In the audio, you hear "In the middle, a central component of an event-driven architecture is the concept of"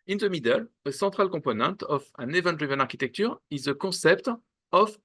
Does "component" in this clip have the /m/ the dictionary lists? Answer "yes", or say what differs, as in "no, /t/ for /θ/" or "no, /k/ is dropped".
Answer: no, /m/ is dropped